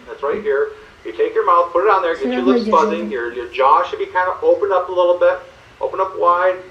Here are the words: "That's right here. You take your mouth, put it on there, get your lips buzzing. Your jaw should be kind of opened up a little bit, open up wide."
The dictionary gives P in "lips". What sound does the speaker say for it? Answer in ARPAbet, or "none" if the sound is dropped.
none